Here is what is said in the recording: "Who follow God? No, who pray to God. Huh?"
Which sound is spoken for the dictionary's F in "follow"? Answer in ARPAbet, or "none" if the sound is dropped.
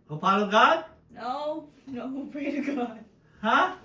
P